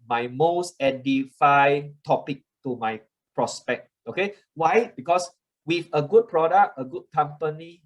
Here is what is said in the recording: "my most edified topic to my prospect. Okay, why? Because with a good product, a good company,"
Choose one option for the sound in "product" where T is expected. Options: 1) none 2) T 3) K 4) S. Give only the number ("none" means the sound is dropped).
1